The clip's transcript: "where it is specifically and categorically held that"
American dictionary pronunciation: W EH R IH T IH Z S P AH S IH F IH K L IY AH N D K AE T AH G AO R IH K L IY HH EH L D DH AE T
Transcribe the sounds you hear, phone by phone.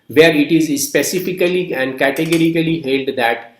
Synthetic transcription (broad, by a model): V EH R IH T IH Z S P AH S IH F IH K L IY AH N D K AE T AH G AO R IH K L IY HH EH L D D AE T